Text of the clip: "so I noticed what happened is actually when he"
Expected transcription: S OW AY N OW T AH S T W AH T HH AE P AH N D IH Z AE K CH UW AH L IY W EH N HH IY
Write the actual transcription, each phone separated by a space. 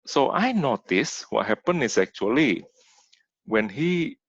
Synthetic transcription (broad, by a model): S OW AY N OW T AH S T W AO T HH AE P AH N IH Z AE K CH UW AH L IY W EH N HH IY